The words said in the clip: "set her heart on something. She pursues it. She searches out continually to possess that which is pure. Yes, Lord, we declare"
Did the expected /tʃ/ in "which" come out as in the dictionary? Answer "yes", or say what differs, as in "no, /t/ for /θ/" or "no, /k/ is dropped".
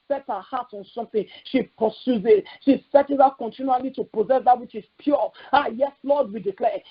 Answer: yes